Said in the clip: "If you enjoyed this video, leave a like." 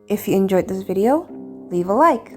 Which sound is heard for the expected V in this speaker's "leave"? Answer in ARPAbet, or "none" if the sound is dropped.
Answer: V